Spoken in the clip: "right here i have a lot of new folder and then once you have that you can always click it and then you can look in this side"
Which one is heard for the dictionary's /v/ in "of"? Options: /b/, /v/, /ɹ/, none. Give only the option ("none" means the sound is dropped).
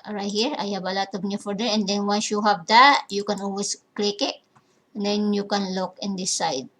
/b/